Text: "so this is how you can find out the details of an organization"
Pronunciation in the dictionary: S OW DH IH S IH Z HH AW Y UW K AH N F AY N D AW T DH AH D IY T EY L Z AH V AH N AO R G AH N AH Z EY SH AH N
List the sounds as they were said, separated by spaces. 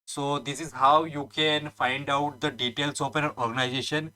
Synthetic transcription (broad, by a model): S OW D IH S IH Z HH AW Y UW K AH N F AY N D AW T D AH D IY T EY L S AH P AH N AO R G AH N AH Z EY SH AH N